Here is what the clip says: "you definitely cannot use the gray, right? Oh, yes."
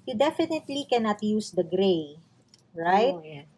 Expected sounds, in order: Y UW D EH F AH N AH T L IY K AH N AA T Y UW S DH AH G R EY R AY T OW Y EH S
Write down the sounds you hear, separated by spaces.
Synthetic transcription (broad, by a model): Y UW D EH F AH N AH T L IY K AH N AA T Y UW S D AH G R EY R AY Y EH